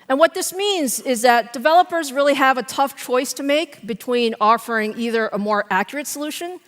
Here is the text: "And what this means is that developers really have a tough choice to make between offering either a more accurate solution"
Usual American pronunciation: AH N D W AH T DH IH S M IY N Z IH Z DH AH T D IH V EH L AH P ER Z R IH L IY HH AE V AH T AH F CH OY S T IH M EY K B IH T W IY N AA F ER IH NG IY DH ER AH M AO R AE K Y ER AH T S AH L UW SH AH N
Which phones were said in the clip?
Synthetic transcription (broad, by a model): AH N W AH T DH IH S M IY N Z IH Z DH AH T D IH V EH L AH P ER Z R IH L IY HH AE V AH T AH F CH OY S T IH M EY K B IH T W IY N AA F ER IH NG IY DH ER AH M AO R AE K Y ER AH T S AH L UW SH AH N